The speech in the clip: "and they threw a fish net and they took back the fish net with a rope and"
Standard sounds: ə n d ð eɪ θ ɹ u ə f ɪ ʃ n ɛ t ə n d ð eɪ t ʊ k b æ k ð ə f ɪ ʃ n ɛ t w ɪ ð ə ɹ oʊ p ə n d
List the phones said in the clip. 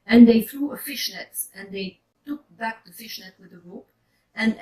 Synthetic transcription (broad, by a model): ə n ð eɪ θ ɹ u ə f ɪ ʃ n ɛ t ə n ð eɪ t ʊ k b æ k ð ə f ɪ ʃ n ɛ t w ɪ ð ə ɹ oʊ p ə n